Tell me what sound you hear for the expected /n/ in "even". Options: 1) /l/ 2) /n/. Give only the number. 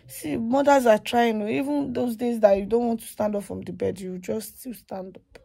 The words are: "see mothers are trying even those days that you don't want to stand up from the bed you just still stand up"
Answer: 2